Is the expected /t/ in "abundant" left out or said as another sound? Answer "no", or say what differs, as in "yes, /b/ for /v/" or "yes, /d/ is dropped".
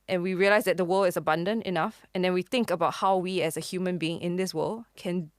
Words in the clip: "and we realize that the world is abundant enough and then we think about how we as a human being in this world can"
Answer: no